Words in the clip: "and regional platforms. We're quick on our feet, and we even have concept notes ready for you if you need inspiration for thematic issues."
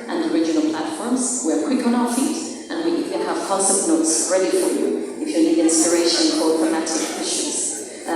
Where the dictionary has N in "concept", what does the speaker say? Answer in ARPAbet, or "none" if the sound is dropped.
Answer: none